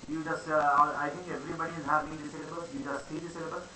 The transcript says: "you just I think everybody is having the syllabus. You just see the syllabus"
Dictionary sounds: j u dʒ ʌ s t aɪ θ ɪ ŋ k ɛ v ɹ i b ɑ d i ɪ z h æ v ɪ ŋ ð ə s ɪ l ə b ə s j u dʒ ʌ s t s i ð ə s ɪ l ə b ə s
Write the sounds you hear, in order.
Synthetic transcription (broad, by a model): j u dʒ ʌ s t aɪ t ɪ ŋ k ɛ v ɹ i b ɑ d i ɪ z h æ ɪ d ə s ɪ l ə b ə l j u dʒ ʌ s t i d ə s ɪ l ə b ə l